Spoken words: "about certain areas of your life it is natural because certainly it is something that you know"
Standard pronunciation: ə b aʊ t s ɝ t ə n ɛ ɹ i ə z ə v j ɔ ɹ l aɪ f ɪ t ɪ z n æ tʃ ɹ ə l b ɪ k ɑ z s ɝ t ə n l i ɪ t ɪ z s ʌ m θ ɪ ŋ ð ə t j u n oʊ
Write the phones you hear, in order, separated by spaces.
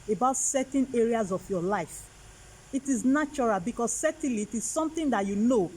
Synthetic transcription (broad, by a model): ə b aʊ t s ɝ t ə n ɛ ɹ i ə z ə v j ɔ l aɪ f ɪ t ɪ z n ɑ tʃ ɹ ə l b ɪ k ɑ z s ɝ t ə l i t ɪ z s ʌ m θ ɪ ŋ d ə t j u n oʊ